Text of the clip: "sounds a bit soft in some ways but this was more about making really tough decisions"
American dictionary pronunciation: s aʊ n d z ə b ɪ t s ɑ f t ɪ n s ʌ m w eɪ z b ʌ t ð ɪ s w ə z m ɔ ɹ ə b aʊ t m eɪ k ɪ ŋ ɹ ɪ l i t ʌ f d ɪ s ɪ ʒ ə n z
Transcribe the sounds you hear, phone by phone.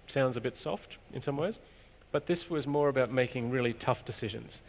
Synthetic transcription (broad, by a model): s aʊ n d z ə b ɪ t s ɑ f t ɪ n s ʌ m w eɪ z b ʌ t ð ɪ s w ə z m ɔ ɹ ə b aʊ t m eɪ k ɪ ŋ ɹ ɪ l i t ʌ f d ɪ s ɪ ʒ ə n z